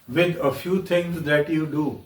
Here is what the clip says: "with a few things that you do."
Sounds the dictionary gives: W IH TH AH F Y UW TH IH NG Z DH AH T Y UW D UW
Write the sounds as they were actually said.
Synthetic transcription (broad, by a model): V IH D AH F Y UW T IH NG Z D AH T Y UW D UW